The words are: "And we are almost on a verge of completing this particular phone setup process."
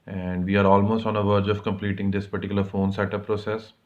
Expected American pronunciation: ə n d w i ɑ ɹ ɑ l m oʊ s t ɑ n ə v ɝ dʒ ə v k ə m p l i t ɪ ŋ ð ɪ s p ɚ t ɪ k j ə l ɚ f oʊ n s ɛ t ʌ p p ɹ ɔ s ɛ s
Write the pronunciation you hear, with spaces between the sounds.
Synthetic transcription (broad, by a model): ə n d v i ɑ ɹ ɑ l m oʊ s t ɑ n ə v ɝ dʒ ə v k ə m p l i t ɪ ŋ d ɪ s p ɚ t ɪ k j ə l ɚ f oʊ n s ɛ t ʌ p p ɹ ɔ s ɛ s